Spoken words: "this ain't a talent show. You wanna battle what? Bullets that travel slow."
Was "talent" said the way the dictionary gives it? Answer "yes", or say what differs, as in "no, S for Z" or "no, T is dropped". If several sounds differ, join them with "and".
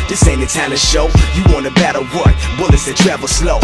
no, L is dropped